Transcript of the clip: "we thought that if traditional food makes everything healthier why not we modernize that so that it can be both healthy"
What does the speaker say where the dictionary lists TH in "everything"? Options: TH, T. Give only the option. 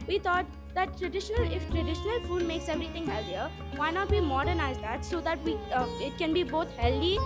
T